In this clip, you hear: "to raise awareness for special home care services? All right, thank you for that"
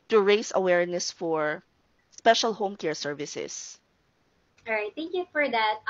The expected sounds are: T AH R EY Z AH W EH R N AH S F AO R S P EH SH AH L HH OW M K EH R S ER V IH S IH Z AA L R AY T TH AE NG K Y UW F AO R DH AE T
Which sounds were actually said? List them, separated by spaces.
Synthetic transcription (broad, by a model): T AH R EY S AH W EH R N AH S F AO R S P EH SH AH L HH OW M K EH R S ER V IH S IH S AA R AY T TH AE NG K Y UW F AO R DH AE T